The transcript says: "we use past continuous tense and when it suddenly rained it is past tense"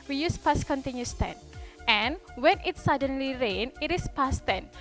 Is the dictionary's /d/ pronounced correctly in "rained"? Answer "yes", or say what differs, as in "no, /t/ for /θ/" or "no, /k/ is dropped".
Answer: no, /d/ is dropped